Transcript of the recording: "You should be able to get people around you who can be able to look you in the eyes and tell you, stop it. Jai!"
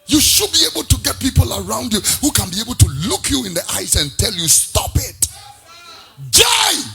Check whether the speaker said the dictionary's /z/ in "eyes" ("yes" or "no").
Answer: no